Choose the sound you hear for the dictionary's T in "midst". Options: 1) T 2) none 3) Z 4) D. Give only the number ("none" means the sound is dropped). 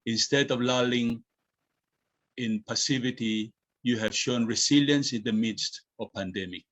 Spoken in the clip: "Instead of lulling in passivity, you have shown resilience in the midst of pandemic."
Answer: 1